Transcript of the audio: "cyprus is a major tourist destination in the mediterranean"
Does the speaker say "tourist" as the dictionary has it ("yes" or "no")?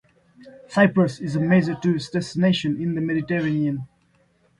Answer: no